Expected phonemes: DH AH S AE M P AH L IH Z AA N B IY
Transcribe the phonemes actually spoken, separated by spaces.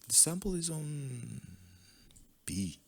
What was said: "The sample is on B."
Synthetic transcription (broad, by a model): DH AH S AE M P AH L IH Z N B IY